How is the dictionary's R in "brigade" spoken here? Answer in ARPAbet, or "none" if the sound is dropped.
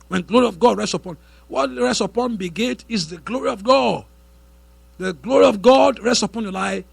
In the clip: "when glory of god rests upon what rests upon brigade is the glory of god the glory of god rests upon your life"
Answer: none